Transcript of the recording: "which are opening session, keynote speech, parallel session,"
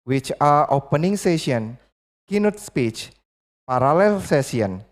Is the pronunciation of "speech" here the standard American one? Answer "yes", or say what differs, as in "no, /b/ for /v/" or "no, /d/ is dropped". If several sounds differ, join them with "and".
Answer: yes